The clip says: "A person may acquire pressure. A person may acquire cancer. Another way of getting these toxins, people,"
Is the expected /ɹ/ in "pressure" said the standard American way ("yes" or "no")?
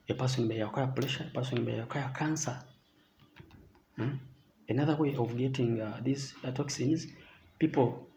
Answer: no